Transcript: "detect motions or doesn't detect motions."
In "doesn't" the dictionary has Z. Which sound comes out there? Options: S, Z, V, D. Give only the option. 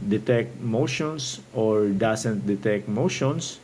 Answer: S